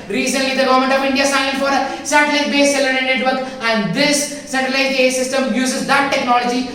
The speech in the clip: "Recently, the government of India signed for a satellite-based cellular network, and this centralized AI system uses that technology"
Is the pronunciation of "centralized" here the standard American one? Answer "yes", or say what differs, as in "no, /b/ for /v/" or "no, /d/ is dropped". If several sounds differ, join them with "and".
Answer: no, /ɹ/ is dropped